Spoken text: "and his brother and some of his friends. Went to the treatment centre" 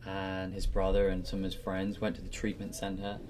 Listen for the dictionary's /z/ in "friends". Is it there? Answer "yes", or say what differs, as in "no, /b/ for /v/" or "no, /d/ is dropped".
yes